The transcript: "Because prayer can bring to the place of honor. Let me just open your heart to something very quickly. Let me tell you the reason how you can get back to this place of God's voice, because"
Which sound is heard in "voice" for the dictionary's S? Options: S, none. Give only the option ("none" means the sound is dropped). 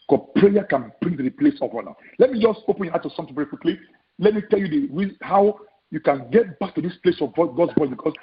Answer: none